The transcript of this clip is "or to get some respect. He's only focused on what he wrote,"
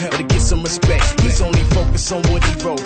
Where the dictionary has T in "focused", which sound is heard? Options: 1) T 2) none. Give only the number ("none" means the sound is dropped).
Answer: 2